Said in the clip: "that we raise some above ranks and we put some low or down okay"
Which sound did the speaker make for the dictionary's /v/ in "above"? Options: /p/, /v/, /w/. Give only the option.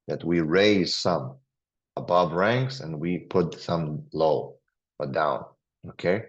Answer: /v/